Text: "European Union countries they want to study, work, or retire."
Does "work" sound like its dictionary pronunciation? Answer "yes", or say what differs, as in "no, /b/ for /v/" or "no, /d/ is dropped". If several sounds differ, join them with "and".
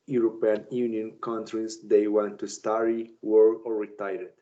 no, /k/ is dropped